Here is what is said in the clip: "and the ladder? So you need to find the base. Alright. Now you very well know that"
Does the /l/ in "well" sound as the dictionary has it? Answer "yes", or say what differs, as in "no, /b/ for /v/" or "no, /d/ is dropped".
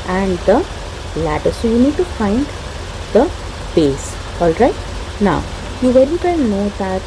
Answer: no, /n/ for /l/